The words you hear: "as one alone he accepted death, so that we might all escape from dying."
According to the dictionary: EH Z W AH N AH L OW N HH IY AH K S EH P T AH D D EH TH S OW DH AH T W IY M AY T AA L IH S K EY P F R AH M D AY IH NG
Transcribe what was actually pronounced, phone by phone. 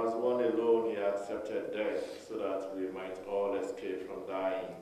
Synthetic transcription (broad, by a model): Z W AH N AH L OW N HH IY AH K S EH P T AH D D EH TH S OW DH AH T W IY M AY T AA L IH S K EY P F R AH M D AY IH NG